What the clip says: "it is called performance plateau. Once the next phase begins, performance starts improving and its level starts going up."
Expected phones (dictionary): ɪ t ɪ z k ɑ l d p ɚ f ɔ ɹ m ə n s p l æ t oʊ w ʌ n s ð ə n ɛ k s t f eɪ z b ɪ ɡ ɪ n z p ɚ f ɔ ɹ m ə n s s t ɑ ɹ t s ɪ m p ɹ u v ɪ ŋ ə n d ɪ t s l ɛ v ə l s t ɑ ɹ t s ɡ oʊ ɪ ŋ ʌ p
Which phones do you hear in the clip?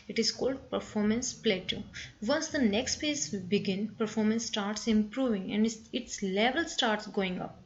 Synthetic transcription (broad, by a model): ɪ t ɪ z k ɑ l d p ɚ f ɔ ɹ m ə n s p l æ t oʊ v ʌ n s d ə n ɛ k s t p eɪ s b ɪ ɡ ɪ n p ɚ f ɔ ɹ m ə n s s t ɑ ɹ t s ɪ m p ɹ u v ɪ ŋ ə n d ɪ t s l ɛ v ə l s t ɑ ɹ t s ɡ oʊ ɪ ŋ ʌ p